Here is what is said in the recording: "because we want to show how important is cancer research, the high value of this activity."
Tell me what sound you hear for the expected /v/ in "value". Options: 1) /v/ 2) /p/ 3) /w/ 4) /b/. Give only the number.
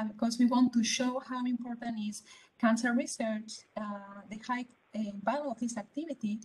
4